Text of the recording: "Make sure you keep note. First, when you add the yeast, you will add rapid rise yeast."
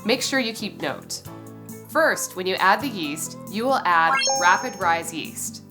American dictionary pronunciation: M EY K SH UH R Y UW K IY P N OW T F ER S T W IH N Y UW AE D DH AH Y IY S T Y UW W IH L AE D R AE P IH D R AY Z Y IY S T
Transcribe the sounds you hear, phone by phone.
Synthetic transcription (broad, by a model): M EY K SH UH R Y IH K IY P N OW T F ER S T W IH N Y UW AE D DH AH Y IY S T Y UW W IH L AE D R AE P IH D R AY Z Y IY S T